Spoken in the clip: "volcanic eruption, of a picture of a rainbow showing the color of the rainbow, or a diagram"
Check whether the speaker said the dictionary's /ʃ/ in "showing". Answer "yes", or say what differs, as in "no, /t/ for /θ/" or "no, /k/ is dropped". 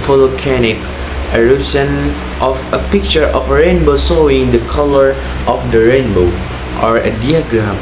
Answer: no, /s/ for /ʃ/